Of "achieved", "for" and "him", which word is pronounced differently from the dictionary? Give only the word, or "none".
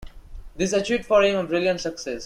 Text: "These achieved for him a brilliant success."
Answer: achieved